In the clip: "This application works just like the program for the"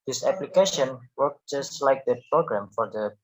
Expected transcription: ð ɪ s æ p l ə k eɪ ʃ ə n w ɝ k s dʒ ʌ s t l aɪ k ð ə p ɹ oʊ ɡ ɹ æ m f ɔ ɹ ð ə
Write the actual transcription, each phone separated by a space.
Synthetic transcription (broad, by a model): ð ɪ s æ p l ə k eɪ ʃ ə n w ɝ k dʒ ʌ s t l aɪ k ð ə p ɹ oʊ ɡ ɹ æ m f ɔ ɹ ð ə